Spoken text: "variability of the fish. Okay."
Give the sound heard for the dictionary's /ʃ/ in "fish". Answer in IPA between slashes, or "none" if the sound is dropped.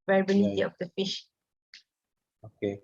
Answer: /ʃ/